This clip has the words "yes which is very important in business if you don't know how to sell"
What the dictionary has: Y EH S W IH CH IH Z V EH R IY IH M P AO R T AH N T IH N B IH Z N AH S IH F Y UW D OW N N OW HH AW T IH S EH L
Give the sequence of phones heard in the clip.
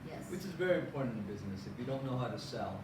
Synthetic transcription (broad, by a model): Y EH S W IH CH IH Z V EH R IY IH M P AO R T N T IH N B IH Z N AH S IH F Y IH D OW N N OW HH AW T IH S EH L